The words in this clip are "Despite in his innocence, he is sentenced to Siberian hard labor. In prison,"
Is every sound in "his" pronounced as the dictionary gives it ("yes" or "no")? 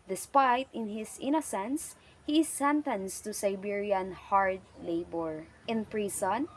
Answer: no